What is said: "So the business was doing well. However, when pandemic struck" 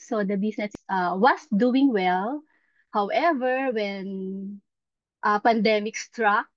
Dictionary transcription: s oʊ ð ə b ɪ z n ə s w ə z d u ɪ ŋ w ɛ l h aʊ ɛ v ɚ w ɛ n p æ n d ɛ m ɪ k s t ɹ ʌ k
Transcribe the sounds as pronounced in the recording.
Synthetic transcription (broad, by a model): s oʊ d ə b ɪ s n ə s w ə s d u ɪ ŋ w ɛ l h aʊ ɛ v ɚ w ɛ n p æ n d ɛ m ɪ k s t ɹ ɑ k